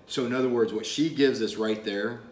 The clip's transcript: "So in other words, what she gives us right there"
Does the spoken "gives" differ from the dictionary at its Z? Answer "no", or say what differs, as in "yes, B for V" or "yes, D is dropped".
no